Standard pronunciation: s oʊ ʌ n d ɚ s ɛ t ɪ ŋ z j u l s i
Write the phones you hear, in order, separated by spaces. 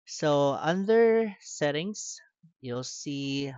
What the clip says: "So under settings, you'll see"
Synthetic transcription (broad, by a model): s oʊ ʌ n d ɚ s ɛ t ɪ ŋ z j u l s i